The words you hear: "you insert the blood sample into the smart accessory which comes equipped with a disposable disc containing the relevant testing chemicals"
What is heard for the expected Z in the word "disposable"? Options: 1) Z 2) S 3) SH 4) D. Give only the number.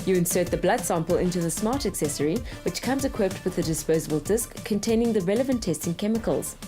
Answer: 1